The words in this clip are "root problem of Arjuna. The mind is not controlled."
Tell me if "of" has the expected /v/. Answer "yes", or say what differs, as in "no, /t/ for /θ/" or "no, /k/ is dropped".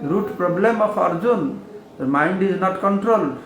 no, /p/ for /v/